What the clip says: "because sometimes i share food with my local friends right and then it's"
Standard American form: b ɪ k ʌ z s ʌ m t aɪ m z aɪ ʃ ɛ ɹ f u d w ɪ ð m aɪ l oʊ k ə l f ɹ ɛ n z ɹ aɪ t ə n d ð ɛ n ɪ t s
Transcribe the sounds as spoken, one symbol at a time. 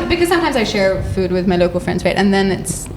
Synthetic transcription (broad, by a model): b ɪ k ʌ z s ʌ m t aɪ m z aɪ ʃ ɛ ɹ f u d w ɪ ð m aɪ l oʊ k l f ɹ ɛ n z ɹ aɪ t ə n ð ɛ n ɪ t s